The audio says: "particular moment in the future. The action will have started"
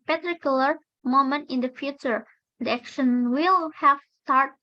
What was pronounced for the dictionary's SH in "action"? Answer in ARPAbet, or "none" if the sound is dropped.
SH